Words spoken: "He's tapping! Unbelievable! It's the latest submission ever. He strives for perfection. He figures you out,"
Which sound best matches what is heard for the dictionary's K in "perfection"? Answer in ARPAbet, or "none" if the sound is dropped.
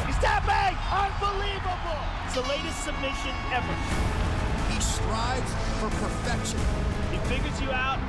K